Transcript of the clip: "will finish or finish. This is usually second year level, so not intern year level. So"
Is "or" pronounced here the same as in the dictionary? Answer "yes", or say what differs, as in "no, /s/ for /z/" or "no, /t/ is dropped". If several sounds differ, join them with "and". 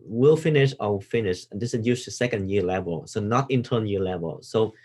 no, /w/ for /ɹ/